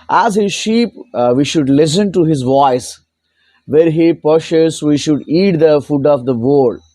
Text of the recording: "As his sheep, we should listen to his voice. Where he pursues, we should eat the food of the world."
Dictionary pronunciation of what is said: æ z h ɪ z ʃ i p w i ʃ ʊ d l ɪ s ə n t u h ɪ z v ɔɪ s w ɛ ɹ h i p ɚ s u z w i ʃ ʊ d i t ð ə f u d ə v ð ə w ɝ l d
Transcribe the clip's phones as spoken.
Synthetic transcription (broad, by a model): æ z h ɪ z ʃ i p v i ʃ ʊ d l ɪ s ə n t u h ɪ z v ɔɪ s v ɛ ɹ h i p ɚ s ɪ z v i ʃ ʊ d i t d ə f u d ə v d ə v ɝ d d